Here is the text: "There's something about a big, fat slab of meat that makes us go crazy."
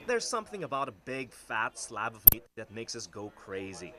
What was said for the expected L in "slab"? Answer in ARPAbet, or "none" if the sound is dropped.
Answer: L